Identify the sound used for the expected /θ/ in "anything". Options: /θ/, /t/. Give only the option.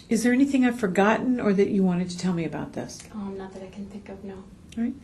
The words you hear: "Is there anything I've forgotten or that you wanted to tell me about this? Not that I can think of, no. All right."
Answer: /θ/